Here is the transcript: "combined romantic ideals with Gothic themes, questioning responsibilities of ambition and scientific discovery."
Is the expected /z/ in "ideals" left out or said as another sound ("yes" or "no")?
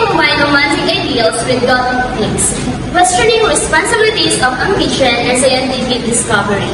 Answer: yes